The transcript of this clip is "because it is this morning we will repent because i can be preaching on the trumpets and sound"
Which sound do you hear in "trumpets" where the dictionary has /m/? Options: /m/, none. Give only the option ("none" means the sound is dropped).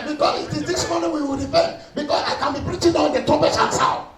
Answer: none